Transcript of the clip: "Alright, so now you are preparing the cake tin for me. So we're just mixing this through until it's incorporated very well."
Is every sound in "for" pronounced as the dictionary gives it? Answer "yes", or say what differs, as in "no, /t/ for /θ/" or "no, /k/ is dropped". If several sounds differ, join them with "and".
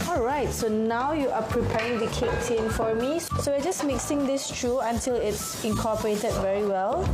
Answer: yes